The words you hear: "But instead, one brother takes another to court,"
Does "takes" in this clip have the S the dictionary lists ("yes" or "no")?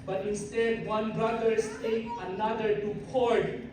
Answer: no